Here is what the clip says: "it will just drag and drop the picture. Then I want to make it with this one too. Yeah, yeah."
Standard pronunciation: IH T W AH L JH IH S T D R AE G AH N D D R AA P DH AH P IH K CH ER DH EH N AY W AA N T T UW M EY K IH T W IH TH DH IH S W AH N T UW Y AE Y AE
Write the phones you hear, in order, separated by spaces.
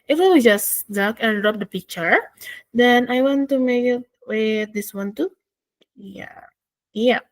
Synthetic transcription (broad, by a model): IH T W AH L JH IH S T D AA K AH N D D R AA P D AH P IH K CH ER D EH N AY W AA N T T UW M EY K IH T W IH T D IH S W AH N T UW Y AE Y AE